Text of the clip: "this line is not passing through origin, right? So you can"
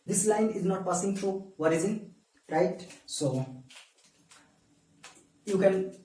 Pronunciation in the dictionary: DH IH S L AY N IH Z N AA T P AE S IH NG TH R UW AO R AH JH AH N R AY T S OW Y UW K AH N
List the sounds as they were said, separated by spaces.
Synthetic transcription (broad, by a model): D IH S L AY N IH Z N AA T P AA S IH NG T R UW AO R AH Z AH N R AY T S OW Y UW K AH N